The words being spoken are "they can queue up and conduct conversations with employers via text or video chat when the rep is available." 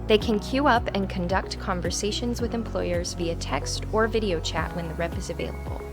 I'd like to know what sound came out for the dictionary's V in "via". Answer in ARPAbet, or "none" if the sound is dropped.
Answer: V